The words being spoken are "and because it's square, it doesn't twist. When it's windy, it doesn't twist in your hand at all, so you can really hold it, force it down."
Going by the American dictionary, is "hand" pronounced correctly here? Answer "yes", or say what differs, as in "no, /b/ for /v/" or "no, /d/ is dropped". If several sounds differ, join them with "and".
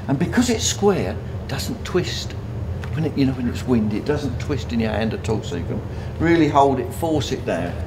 yes